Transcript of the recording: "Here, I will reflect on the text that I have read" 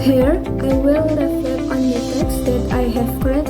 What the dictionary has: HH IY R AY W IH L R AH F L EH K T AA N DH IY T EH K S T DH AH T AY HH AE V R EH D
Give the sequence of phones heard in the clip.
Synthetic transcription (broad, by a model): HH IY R AY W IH L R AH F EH T AA N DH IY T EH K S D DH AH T AY HH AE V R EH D